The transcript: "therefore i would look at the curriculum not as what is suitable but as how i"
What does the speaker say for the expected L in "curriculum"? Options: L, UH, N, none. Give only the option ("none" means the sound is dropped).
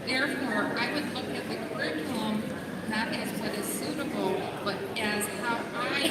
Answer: N